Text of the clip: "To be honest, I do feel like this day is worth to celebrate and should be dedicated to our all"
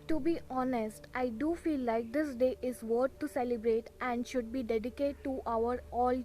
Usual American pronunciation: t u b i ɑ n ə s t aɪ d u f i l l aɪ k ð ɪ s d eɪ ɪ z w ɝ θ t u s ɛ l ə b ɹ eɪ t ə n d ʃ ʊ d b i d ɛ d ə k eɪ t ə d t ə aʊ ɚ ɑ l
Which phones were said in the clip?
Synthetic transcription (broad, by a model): t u b i ɑ n ə s t aɪ d u f i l l aɪ k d ɪ s d eɪ ɪ z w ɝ t t u s ɛ l ə b ɹ eɪ t ə n d ʃ ʊ d b i d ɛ d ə k eɪ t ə t ə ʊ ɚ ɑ l